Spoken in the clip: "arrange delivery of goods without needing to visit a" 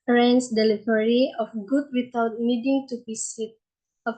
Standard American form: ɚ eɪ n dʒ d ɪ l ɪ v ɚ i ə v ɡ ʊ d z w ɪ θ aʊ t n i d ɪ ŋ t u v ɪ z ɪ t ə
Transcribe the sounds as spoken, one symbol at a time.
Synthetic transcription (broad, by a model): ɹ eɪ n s d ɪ l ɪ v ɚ i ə f ɡ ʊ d w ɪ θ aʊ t n i d ɪ ŋ t u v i s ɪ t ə